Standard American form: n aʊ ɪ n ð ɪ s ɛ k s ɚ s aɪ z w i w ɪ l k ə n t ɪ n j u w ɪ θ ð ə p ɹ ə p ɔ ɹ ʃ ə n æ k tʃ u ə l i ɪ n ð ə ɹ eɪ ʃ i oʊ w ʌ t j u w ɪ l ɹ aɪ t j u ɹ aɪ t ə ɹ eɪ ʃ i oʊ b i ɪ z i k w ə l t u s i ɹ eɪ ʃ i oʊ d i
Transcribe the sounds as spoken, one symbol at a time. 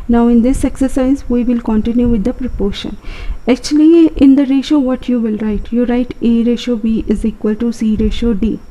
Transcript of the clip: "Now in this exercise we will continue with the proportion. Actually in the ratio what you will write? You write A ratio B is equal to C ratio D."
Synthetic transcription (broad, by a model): n aʊ ɪ n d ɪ s ɛ k s ɚ s aɪ z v i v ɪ l k ə n t ɪ n j u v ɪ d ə p ɹ ə p ɔ ɹ ʃ ə n æ k tʃ u ə l i ɪ n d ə ɹ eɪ ʃ oʊ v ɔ t j u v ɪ l ɹ aɪ t j u ɹ aɪ t ə ɹ eɪ ʃ oʊ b i ɪ z i k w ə l t u s i ɹ eɪ ʃ oʊ d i